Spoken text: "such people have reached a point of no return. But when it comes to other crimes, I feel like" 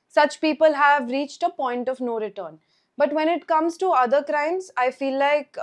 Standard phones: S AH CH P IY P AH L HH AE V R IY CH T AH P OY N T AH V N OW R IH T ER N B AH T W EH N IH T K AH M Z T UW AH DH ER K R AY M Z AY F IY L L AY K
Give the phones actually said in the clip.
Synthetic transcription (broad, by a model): S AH CH P IY P AH L HH AE V R IY CH T AH P OY N T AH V N OW R IH T ER N B AH T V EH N IH T K AH M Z T UW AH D ER K R AY M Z AY F IY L L AY K